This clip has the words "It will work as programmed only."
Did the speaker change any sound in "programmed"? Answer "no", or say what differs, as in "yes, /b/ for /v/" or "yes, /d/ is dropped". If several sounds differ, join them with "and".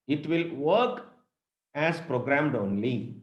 no